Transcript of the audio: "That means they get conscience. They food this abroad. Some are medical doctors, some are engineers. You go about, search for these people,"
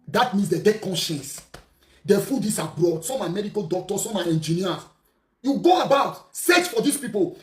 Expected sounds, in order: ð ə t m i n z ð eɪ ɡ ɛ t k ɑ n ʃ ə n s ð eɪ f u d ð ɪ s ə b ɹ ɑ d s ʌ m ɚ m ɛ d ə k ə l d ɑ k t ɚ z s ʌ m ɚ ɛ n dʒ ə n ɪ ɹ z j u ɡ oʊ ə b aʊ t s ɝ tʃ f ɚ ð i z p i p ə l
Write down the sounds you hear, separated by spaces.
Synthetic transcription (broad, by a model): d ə t m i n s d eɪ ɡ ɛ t k ɑ n ʃ ə n s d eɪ f u d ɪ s ə b ɹ ɑ d s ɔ m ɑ m ɛ d ə k ə l d ɑ k t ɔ s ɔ m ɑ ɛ n dʒ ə n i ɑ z j u ɡ oʊ ə b aʊ t s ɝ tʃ f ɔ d i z p i p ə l